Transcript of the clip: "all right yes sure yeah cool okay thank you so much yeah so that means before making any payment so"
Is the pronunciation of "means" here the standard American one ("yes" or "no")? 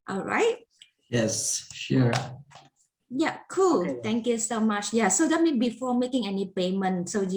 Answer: no